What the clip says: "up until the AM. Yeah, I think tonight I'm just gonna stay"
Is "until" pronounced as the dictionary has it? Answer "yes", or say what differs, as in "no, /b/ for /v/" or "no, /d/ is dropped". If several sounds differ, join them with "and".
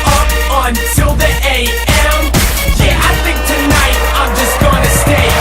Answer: no, /s/ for /t/